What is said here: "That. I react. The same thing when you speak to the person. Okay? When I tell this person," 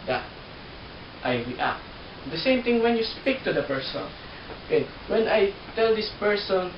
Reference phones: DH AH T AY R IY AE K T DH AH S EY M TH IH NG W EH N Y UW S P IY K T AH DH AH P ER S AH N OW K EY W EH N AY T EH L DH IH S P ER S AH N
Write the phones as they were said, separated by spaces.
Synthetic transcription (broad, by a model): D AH T AY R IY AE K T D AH S EY M T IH NG W EH N Y UW S P IY K T AH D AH P ER S AH N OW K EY W EH N AY T EH L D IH S P ER S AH N